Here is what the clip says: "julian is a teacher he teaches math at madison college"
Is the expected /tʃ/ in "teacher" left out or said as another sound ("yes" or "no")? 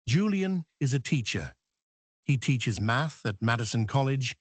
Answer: no